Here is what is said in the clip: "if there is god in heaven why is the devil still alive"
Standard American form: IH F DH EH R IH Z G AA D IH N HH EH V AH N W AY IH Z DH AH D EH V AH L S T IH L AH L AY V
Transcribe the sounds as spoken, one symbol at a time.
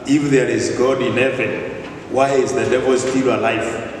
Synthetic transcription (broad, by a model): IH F DH EH R IH Z G AA D IH N HH EH V AH N W AY IH Z DH AH D EH V AH L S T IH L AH L AY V